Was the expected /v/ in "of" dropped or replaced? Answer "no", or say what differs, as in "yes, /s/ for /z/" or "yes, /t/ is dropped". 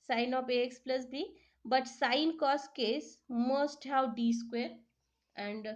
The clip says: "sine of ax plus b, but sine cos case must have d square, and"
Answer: yes, /p/ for /v/